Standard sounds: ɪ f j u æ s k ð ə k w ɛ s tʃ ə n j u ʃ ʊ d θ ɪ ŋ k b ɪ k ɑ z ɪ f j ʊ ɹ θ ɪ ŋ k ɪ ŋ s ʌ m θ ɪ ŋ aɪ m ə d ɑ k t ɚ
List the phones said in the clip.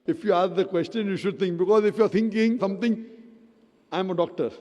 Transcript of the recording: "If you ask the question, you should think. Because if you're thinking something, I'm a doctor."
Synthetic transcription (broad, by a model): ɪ f j u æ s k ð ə k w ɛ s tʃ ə n j u ʃ ʊ d t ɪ ŋ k b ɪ k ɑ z ɪ f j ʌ ɹ t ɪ ŋ k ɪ ŋ s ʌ m t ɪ ŋ aɪ m ə d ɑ k t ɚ